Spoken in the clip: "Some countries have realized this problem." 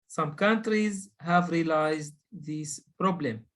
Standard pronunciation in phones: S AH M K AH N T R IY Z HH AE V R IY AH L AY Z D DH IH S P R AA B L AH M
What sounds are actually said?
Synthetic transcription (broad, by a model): S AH M K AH N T R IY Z HH AE V R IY L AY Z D DH IH S P R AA B L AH M